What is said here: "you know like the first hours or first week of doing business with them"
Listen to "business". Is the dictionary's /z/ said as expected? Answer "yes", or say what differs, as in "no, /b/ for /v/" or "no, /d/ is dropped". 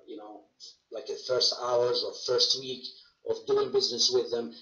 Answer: yes